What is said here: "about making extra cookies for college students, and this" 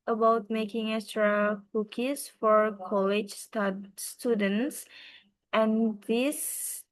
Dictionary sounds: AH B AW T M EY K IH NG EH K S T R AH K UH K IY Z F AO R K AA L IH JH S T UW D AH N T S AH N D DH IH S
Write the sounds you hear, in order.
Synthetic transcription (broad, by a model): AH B AW T M EY K IH NG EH S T R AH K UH K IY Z F AO R K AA L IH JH S T UW D AH N T S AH N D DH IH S